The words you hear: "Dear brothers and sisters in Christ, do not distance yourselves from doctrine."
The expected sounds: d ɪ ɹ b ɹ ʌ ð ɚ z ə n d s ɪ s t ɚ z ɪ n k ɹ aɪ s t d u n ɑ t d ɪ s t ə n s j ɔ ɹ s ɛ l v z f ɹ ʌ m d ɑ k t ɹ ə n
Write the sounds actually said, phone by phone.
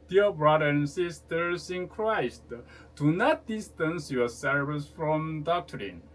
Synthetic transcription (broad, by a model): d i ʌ b ɹ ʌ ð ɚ ə n s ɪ s t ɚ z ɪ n k ɹ aɪ s t d u n ɑ t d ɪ s t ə n s j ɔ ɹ s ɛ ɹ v s f ɹ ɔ m d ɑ k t ɹ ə n